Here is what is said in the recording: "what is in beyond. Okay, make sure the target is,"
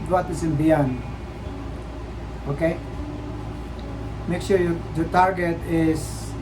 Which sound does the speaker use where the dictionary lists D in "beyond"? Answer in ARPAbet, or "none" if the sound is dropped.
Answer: none